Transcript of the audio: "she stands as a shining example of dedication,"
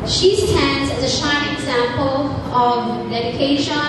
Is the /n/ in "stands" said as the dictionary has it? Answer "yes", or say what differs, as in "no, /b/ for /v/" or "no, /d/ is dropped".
yes